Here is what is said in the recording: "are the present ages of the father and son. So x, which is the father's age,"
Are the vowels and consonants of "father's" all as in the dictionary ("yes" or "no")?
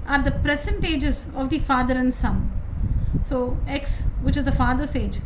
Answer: no